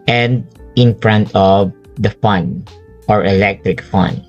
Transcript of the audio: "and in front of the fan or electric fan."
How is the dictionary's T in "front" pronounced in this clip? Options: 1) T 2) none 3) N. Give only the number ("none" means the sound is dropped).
1